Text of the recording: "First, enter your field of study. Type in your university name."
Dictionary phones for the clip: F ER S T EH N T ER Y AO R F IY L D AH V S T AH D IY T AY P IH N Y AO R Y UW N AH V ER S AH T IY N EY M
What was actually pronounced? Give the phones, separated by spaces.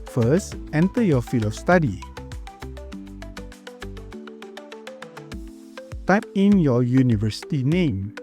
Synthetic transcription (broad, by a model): F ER S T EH N T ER Y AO F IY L AH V S T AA D IY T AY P IH N Y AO Y UW N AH V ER S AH T IY N EY M